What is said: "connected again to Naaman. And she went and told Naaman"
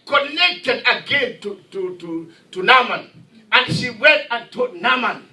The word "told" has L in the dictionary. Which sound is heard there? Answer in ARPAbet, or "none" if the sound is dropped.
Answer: none